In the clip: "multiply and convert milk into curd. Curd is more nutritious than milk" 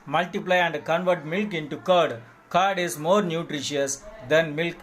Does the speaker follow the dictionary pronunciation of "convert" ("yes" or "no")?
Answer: yes